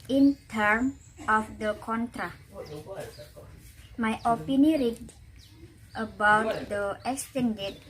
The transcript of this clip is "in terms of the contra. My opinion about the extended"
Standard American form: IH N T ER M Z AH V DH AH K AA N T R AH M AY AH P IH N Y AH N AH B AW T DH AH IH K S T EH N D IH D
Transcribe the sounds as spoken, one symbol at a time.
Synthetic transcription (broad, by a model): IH N T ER M AH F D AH K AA N T R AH M AY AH P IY N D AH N AH B AW T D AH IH K S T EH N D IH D